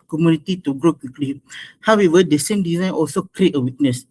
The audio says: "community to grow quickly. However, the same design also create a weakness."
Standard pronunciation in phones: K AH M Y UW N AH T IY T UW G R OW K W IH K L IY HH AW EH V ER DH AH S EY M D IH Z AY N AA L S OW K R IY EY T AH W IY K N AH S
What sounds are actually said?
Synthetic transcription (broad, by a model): K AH M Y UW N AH T IY T UW G R OW K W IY K L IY HH AW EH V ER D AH S EY M D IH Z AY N AA L S OW K R IY EY T AH W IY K N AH S